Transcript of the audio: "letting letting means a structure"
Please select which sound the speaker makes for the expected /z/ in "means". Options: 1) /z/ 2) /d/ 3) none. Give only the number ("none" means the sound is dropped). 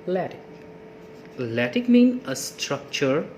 3